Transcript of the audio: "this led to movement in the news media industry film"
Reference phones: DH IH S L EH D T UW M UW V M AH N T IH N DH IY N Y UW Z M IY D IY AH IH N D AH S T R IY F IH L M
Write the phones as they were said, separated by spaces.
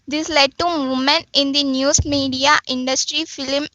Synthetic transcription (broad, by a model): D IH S L EH D T UW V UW M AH N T IH N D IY N Y UW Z M IY D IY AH IH N D AH S T R IY F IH L M